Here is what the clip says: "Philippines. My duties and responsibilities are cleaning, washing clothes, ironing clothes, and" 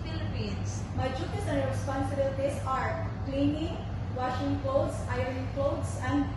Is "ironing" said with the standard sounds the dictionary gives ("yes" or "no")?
no